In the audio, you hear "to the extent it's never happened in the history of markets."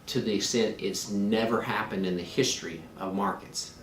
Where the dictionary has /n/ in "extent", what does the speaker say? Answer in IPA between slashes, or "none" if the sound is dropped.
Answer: none